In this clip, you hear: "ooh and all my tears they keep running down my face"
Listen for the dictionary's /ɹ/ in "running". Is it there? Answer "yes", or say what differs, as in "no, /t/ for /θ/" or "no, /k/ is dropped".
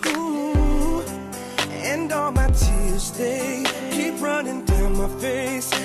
yes